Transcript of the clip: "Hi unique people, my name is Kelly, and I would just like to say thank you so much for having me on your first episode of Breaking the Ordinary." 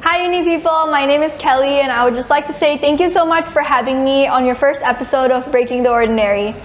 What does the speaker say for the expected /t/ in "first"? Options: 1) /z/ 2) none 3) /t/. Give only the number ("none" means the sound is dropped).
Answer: 3